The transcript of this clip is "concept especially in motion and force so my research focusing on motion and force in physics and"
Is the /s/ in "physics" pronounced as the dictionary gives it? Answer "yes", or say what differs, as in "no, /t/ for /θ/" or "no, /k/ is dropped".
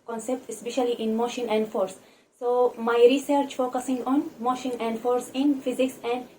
yes